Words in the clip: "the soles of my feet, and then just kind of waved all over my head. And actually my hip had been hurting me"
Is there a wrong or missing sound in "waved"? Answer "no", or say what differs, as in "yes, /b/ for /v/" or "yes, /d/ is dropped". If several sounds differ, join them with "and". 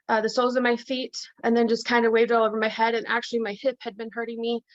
no